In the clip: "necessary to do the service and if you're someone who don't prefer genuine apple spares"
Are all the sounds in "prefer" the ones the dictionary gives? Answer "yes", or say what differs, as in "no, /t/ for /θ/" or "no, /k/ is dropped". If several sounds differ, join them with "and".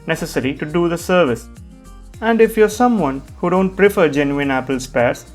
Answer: yes